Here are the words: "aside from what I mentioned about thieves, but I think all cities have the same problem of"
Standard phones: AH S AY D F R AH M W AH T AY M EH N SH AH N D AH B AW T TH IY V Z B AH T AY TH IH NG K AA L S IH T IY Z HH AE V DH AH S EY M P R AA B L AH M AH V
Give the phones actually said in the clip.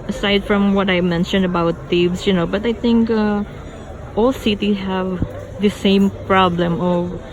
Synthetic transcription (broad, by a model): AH S AY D F R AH M W AH T AY M EH N SH AH N D AH B AW T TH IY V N B AH T AY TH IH NG K AA L S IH T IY HH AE V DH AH S EY M P R AA B L AH M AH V